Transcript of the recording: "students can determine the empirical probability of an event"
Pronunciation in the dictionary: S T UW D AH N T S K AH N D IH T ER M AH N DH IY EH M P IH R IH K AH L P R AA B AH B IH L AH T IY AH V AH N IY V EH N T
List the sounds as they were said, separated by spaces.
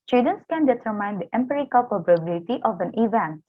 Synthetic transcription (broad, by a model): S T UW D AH N S K AH N D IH T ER M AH N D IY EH M P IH R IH K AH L P AA B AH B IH L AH T IY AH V AH N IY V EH N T